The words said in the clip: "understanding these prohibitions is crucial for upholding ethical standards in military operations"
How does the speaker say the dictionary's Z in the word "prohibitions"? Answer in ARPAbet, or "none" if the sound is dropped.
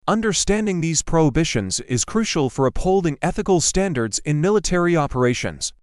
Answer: Z